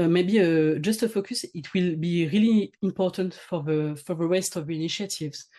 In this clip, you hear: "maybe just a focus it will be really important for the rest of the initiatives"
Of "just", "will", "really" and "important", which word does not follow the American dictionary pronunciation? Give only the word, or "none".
none